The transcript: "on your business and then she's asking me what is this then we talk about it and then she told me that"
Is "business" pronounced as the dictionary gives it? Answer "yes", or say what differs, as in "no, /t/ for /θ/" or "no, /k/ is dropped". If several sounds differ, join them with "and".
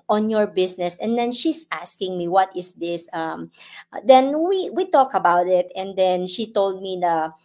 no, /s/ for /z/